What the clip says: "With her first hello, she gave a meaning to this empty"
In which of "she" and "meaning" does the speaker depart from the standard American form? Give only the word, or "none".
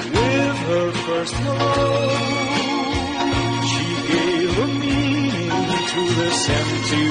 meaning